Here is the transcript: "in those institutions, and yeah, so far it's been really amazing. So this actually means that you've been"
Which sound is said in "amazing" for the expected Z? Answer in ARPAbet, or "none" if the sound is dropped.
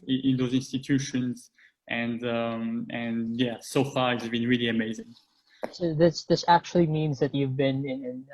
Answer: Z